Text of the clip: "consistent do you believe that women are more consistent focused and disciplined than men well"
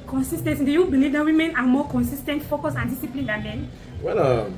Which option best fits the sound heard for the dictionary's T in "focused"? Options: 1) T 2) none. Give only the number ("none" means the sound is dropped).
2